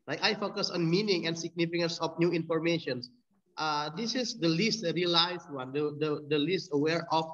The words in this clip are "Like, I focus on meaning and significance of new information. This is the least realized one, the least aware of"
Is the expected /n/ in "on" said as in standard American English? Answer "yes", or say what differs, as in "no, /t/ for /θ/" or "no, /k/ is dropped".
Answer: yes